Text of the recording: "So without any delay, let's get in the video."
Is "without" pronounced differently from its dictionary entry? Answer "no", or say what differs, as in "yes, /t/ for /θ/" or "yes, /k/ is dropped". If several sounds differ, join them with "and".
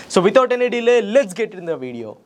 yes, /t/ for /θ/